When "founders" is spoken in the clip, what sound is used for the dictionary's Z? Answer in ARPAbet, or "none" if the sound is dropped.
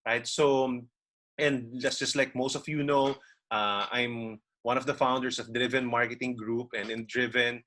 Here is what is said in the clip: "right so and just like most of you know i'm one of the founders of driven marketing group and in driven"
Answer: S